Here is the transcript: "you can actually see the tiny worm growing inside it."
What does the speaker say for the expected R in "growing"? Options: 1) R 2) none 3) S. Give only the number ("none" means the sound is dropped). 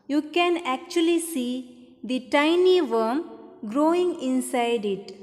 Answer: 1